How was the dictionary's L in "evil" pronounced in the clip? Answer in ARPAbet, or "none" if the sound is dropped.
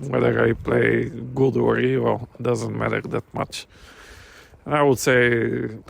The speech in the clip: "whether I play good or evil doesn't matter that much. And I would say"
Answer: L